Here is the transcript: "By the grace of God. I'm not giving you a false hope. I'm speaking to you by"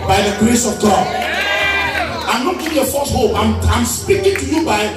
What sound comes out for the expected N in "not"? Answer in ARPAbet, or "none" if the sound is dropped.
L